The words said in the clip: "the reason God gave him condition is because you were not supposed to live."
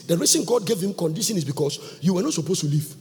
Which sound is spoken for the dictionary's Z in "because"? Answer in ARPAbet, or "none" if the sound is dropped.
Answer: S